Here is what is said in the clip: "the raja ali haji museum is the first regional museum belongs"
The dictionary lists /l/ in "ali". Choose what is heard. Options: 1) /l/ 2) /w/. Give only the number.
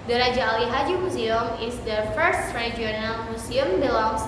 1